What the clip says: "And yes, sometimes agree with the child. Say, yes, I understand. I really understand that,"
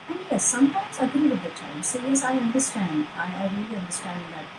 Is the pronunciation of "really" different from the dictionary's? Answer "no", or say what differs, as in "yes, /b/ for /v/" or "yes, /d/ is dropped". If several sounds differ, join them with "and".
no